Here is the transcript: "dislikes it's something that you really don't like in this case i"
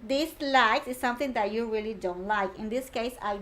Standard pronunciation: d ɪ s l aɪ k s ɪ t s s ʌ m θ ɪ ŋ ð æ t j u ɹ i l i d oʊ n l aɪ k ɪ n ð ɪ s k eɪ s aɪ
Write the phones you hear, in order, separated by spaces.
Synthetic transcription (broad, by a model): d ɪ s l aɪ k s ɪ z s s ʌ m t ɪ ŋ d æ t j u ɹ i l i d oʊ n l aɪ k ɪ n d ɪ s k eɪ s aɪ